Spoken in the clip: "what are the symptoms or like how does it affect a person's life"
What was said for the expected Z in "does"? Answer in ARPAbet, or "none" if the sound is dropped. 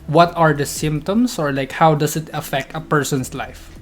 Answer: S